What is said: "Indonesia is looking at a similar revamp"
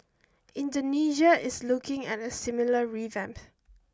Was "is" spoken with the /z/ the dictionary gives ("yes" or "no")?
no